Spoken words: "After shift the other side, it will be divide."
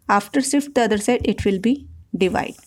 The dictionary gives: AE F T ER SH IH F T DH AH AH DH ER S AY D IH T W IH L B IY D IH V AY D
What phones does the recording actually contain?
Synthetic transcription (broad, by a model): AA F T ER S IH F T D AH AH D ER S AY D IH T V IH L B IY D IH V AY D